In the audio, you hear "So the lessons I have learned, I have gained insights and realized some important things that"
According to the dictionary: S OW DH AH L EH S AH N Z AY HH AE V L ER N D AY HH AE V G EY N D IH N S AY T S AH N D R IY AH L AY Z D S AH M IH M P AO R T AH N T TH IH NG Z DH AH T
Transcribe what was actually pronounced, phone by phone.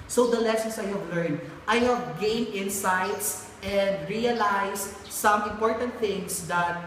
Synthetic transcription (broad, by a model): S OW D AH L EH S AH N S AY HH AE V L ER N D AY HH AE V G EY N IH N S AY T S AH N D R IY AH L AY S S AH M IH M P AO R T AH N T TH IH NG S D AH T